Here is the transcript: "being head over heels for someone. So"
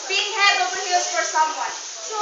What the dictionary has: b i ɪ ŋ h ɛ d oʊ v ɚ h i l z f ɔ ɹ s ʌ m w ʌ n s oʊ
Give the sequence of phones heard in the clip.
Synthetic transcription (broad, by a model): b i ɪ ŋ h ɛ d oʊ p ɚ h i z f ɔ ɹ s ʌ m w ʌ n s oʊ